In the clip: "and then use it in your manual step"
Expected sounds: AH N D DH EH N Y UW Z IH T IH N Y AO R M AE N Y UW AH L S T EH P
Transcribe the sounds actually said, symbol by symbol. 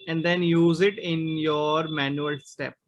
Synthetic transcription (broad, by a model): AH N D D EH N Y UW Z IH T IH N Y AO R M AE N Y UW AH L S T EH P